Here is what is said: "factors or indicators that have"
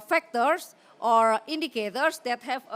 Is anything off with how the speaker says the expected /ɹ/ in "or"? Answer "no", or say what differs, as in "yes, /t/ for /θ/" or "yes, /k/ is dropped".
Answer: no